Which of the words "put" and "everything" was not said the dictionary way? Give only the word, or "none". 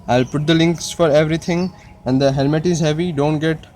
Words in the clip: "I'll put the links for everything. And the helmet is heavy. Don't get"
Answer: everything